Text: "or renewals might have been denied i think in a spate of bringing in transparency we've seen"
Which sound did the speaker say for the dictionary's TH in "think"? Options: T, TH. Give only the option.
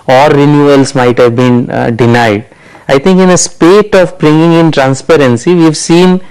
T